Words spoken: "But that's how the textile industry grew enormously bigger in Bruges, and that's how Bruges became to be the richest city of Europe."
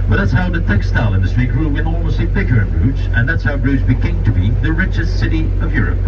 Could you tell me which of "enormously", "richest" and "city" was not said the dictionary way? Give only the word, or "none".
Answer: enormously